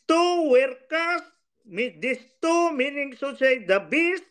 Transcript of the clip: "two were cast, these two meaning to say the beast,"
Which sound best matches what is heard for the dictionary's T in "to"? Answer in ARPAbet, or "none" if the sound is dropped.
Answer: S